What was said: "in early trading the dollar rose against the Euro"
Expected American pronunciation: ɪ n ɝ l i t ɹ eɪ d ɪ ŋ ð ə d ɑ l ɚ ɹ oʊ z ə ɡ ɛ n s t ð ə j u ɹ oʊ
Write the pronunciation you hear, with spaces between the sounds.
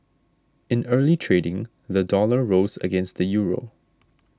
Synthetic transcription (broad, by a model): ɪ n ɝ l i t ɹ eɪ d ɪ ŋ ð ə d ɑ l ɚ ɹ oʊ z ə ɡ ɛ n s t ð ə j u ɹ oʊ